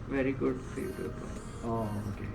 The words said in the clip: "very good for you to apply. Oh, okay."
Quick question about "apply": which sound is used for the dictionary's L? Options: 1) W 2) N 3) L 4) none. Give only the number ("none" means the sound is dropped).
4